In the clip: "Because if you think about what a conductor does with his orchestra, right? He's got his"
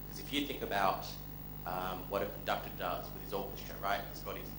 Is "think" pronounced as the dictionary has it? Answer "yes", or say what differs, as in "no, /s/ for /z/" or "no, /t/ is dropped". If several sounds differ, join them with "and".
yes